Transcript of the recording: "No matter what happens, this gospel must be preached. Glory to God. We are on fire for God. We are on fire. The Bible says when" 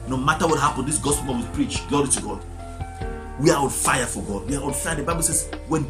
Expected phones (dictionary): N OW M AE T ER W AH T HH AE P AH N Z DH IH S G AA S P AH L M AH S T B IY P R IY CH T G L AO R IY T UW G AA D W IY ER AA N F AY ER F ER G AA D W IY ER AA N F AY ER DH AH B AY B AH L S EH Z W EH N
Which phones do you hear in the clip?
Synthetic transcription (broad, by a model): N OW M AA T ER W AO T HH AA P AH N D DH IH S G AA S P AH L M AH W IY P R IY CH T G L AO R IY T UW G AA D W IY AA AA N F AY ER F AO G AA D W IY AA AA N F AY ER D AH B AY B AH L S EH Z W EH N